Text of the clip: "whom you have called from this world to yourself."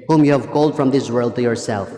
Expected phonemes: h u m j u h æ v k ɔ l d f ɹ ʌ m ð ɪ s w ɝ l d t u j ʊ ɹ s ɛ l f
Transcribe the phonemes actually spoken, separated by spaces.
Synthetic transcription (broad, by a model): h u m j u h æ v k ɔ l d f ɹ ʌ m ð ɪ s w ɝ l d t u j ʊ ɹ s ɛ l f